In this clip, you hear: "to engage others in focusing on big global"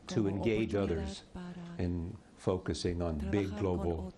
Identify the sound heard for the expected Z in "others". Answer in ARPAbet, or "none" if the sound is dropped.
Z